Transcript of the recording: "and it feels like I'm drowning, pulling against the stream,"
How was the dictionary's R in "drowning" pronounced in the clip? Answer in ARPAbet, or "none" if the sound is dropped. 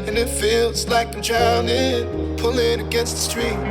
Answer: none